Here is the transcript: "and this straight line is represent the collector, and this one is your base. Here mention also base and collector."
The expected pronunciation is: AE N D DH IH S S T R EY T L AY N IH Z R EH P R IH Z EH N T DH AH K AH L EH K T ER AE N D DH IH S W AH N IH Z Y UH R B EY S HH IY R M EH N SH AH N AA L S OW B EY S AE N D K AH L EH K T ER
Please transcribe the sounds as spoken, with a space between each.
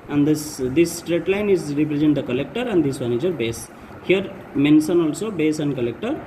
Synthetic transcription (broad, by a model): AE N D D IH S S T R EY T L AY N IH Z R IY P R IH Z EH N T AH K AH L EH K T ER AE N D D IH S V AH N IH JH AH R B EY S HH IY R M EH N S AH N AA L S OW B EY S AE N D K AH L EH K T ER